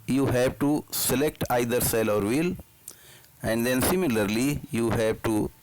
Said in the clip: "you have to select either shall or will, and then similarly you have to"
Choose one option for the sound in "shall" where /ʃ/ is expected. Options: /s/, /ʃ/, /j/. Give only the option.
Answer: /s/